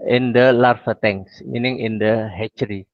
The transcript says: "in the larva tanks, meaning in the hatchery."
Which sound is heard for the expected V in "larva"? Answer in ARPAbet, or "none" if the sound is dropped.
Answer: F